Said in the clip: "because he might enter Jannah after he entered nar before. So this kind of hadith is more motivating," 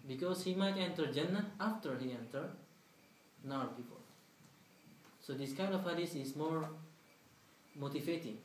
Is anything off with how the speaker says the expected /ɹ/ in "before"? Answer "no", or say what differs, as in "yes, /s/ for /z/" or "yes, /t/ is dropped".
yes, /l/ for /ɹ/